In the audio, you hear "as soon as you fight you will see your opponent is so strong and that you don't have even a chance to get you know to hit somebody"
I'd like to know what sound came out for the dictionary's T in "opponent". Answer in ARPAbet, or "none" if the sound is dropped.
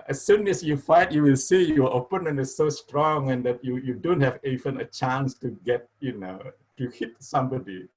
none